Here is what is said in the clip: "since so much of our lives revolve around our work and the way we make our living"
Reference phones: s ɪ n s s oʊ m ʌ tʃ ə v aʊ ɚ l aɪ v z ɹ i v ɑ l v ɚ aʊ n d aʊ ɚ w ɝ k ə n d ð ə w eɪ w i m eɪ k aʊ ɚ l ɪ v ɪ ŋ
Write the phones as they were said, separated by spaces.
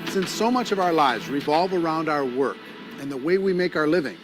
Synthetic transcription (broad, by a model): s ɪ n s s oʊ m ʌ tʃ ə v aʊ ɚ l aɪ v z ɹ i v ɑ l v ɚ aʊ n d aʊ ɚ w ɝ k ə n ð ə w eɪ w i m eɪ k aʊ ɚ l ɪ v ɪ ŋ